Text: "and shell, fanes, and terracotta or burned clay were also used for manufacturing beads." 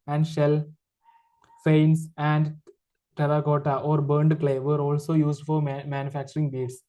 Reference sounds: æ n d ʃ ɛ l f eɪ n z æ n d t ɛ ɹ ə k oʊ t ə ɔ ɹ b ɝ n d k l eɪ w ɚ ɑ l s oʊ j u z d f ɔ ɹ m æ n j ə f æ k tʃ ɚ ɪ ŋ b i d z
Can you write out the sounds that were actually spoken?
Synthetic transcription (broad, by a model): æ n d ʃ ɛ l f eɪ n s æ n d t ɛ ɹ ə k oʊ t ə ɔ ɹ b ɝ n d k l eɪ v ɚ ɑ l s oʊ j u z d f ɔ ɹ m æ n j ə f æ k tʃ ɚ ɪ ŋ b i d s